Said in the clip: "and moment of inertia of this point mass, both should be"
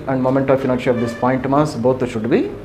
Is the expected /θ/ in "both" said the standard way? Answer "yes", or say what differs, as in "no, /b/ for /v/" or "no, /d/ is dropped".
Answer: no, /t/ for /θ/